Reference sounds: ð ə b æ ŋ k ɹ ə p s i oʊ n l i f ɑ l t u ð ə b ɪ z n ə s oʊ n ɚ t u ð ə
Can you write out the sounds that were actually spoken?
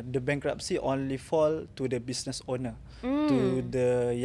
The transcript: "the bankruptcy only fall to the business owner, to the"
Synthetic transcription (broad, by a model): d ə b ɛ ŋ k ɹ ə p s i oʊ n l i f ɑ l t u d ə b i s n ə s oʊ n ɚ t u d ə